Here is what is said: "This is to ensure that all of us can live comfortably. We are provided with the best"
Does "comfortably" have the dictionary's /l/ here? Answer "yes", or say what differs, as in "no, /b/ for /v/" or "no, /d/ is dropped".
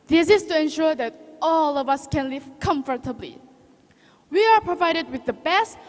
yes